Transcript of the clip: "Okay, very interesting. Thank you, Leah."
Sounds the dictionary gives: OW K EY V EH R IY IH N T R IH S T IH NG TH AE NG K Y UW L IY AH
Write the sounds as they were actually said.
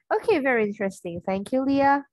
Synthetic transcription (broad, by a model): OW K EY V EH R IY IH N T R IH S T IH NG TH AE NG K Y UW L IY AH